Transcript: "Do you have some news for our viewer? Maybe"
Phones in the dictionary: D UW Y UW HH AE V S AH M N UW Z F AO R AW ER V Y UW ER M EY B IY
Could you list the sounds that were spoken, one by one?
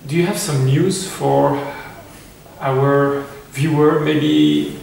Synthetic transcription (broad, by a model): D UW Y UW HH AE V S AH M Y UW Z F AO R AW ER V Y UW ER M EY B IY